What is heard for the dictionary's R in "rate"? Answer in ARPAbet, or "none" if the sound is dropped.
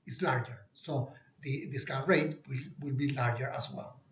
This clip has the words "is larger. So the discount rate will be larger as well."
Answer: W